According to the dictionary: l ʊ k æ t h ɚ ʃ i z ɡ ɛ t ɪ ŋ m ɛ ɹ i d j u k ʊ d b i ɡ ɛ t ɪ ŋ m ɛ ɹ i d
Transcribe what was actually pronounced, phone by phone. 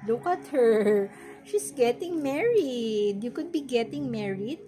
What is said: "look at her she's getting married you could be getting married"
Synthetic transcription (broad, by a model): l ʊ k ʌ t h ɚ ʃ i s ɡ ɛ t ɪ ŋ m ɛ ɹ i d j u k ʊ d b i ɡ ɛ t ɪ ŋ m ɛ ɹ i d